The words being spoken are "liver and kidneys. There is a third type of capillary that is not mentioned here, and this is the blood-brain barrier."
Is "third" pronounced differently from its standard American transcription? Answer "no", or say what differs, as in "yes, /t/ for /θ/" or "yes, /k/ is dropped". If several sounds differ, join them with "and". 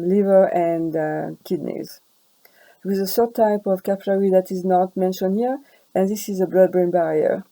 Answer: yes, /s/ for /θ/